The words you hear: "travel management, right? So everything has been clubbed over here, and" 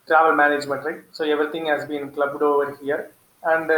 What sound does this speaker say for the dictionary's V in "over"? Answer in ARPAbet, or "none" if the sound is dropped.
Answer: V